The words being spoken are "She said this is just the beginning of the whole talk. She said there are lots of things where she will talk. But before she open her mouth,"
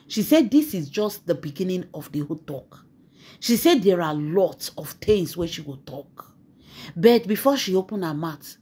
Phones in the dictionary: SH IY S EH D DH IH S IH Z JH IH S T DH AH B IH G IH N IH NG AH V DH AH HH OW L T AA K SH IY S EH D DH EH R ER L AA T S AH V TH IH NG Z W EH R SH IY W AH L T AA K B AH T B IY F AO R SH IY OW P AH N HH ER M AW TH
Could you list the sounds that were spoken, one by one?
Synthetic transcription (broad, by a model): SH IY S EH D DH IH S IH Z JH IH S T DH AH B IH G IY N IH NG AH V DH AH HH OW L T AA K SH IY S EH D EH R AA L AA T S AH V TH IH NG S W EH SH IY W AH T AA K B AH T B IY F AO SH IY OW P AH N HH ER M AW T